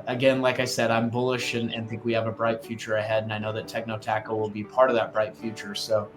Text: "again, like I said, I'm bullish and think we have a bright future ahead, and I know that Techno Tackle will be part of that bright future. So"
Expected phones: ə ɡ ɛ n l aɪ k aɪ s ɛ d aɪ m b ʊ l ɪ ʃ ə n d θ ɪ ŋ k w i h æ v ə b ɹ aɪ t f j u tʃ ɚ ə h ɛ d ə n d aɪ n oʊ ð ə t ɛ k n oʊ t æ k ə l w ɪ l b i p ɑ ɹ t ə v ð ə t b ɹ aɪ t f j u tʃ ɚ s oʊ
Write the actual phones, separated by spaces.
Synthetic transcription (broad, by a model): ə ɡ ɛ n l aɪ k aɪ s ɛ d aɪ m b ʊ l ɪ ʃ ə n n θ ɪ ŋ k w i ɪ v ə b ɹ aɪ t f j u tʃ ɚ ə h ɛ d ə n aɪ n oʊ ð ə t ɛ k n oʊ t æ k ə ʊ w ɪ l b i p ɑ ɹ t ə v ð ə t b ɹ aɪ t f j u tʃ ɚ s oʊ